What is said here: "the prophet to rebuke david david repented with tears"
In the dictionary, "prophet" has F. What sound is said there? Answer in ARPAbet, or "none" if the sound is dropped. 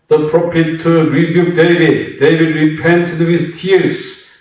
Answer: P